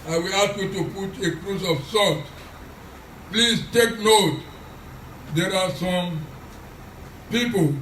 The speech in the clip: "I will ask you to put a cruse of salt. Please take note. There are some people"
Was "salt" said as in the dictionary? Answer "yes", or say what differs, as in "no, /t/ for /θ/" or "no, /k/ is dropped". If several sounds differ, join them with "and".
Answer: no, /l/ is dropped